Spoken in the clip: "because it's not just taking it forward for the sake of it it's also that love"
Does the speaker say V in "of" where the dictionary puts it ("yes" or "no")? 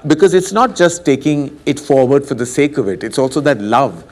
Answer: yes